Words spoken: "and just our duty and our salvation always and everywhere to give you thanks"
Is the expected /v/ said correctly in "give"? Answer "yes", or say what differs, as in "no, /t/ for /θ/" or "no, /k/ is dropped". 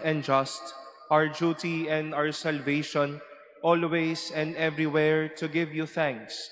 yes